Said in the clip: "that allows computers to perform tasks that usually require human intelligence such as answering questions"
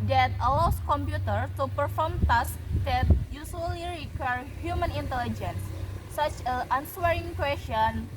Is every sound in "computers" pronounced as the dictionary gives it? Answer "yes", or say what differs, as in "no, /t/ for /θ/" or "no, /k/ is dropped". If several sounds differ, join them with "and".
no, /z/ is dropped